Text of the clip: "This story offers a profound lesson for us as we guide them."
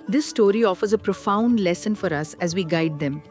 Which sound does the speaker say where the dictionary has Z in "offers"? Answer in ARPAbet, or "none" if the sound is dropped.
Z